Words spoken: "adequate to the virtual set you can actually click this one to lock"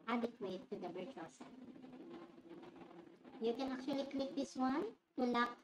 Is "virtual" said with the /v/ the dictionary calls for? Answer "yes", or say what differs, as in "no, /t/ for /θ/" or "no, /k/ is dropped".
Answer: no, /b/ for /v/